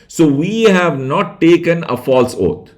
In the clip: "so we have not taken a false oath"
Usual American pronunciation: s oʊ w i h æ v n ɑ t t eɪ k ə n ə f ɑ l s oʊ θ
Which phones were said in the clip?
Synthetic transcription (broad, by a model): s oʊ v i h æ v n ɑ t t eɪ k ə n ə f ɑ l s oʊ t